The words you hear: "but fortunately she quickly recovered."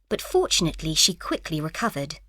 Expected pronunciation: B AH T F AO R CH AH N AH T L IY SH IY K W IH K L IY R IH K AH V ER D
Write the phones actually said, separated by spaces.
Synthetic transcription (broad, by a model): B AH T F AO R CH AH N AH T L IY SH IY K W IH K L IY R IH K AH V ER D